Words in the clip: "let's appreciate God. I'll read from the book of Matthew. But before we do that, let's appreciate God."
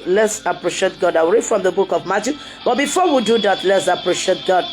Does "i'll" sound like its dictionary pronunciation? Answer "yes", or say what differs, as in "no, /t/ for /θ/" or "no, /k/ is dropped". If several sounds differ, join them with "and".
no, /w/ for /l/